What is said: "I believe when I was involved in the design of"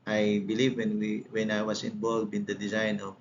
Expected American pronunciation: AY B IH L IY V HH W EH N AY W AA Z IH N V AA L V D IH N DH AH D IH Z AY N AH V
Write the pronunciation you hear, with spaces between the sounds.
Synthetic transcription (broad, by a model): AY B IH L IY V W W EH N AY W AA S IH N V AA L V IH N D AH D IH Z AY N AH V